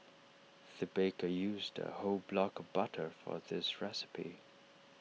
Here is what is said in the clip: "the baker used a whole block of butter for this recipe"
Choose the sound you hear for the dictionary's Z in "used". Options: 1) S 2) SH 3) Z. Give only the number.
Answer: 3